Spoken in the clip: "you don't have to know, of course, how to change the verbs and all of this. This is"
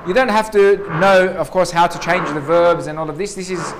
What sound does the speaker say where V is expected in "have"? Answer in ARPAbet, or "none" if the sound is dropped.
F